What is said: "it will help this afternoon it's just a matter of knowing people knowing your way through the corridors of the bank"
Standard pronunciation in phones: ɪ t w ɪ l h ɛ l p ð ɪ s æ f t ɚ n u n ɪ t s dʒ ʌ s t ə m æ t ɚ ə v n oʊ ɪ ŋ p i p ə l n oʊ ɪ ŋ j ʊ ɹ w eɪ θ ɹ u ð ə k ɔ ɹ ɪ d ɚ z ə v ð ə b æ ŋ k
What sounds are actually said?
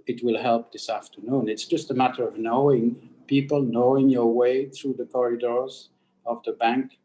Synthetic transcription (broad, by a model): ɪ t w ɪ l h ɛ l p ð ɪ s æ f t ɚ n u n ɪ t s dʒ ʌ s t ə m æ t ɚ ə v n oʊ ɪ ŋ p i p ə l n oʊ ɪ ŋ j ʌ ɹ w eɪ θ ɹ u ð ə k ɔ ɹ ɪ d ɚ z ə v ð ə b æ ŋ k